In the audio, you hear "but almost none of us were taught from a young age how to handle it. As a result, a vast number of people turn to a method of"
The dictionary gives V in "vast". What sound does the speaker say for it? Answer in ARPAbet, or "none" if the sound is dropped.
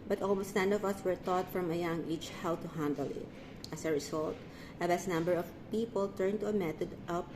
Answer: B